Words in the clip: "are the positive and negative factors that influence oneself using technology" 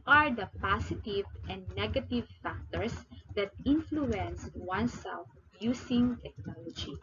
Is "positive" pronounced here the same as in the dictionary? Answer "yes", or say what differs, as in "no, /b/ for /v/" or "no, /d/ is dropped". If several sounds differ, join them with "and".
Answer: no, /s/ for /z/